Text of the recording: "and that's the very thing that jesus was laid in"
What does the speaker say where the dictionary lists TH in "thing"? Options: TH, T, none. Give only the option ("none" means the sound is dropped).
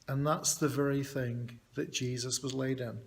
TH